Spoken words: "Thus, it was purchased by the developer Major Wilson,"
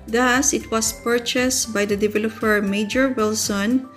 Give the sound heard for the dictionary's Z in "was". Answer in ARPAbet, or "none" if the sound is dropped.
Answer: S